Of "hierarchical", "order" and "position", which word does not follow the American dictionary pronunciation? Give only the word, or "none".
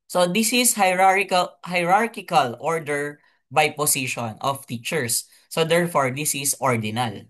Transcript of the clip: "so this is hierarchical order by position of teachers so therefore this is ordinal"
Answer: position